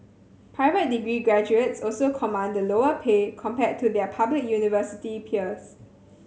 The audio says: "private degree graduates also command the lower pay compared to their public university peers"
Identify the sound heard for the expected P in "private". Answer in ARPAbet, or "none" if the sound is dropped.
P